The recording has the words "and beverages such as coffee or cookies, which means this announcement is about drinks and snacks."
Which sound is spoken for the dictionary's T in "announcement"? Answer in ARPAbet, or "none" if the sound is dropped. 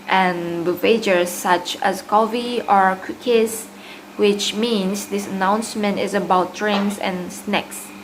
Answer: T